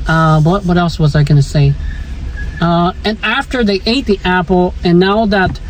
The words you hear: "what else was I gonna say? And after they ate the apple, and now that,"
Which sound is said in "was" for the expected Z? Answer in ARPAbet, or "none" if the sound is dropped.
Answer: Z